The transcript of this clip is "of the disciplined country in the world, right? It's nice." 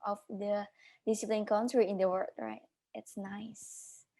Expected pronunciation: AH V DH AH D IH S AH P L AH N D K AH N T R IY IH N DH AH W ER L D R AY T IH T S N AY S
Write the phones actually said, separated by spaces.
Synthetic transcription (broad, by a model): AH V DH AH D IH S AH P L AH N K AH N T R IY IH N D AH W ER D R AY T IH T S N AY S